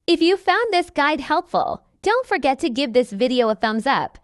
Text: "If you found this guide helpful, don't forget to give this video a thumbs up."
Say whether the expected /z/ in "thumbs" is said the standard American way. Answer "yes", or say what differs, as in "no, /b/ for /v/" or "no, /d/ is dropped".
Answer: yes